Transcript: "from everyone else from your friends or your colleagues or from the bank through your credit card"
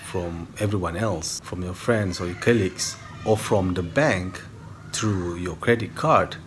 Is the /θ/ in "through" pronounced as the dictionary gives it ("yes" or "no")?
no